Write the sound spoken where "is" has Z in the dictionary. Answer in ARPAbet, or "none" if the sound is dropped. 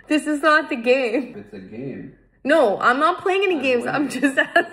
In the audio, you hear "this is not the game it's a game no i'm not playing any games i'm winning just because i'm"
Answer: Z